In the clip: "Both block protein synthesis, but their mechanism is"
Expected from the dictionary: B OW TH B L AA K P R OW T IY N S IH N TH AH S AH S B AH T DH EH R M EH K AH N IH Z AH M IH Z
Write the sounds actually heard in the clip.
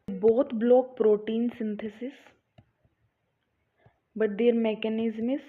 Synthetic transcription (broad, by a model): B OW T B L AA K P R OW T IY N S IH N T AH S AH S B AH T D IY R M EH K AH N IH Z M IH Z